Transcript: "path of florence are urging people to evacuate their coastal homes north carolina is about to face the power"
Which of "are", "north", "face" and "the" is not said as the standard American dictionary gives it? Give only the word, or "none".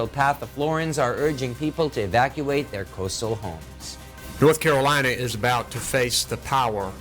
none